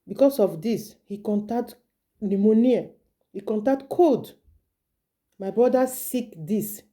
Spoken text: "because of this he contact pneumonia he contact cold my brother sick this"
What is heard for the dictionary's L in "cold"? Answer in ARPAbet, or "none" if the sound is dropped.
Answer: none